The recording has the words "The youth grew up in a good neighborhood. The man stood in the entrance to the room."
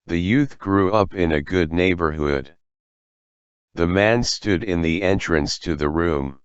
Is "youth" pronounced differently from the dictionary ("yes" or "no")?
no